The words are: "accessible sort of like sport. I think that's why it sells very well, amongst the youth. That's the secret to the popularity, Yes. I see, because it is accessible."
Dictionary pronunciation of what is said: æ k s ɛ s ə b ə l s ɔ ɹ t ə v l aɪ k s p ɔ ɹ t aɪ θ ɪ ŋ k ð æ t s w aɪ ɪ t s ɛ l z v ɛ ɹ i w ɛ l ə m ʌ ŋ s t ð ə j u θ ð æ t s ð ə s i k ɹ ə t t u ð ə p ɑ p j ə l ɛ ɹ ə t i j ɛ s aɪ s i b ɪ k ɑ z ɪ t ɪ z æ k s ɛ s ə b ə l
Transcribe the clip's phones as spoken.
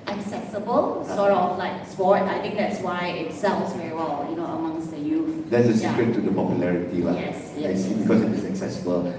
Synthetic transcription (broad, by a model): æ k s ɛ s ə b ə l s ɔ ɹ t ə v l aɪ k s p ɔ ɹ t aɪ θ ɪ ŋ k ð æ t s w aɪ ɪ t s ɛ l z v ɛ ɹ i w ɛ l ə m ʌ ŋ s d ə j u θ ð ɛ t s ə s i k ɹ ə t t u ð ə p ɑ p j ə l ɛ ɹ ə t i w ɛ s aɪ s i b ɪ k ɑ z ɪ t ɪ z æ k s ɛ s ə b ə l